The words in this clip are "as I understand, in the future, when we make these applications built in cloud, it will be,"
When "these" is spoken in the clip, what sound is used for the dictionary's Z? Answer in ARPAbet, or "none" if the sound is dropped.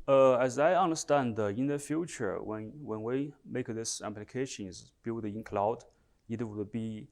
S